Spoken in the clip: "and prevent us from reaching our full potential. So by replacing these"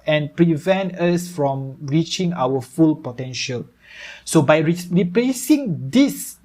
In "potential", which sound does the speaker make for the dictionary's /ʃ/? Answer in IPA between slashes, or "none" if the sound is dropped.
/ʃ/